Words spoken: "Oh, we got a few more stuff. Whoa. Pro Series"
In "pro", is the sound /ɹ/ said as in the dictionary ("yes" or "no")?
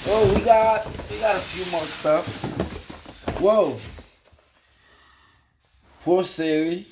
no